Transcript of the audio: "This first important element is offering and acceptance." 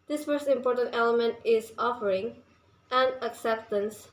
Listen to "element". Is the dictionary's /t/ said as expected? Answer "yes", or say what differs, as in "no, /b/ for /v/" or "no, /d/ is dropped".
yes